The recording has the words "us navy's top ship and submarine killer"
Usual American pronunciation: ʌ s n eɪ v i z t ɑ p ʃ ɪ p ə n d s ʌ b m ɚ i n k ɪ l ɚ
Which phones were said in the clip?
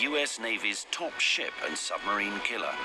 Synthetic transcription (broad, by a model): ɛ s n eɪ v i z t ɑ p ʃ ɪ p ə n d s ʌ b m ɚ i n k ɪ l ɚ